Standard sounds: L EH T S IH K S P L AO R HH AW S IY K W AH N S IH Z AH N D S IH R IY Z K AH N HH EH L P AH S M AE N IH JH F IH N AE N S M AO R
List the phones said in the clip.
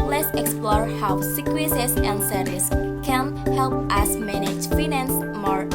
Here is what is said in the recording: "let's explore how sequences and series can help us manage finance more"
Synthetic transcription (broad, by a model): L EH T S IH K S P L AO R HH AW S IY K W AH S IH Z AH N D S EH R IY S K AH N HH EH L P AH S M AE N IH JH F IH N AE N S M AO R